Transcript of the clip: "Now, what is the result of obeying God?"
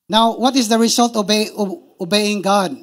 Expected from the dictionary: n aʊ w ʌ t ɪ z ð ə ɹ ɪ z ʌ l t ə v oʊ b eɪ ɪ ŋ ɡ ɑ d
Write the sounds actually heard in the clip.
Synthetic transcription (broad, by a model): n aʊ w ʌ t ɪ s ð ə ɹ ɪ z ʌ l t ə b oʊ b eɪ ɪ ŋ ɡ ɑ d